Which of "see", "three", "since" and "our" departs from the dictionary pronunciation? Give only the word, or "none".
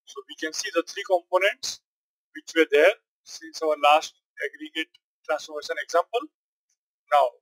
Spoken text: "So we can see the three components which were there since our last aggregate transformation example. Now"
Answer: three